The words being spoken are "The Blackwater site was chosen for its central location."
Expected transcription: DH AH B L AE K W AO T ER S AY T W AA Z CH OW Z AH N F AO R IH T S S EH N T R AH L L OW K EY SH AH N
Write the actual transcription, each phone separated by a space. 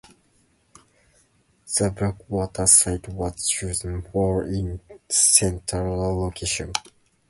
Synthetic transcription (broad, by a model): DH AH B AH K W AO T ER S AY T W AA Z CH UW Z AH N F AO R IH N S S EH N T AH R L OW K EY SH AH N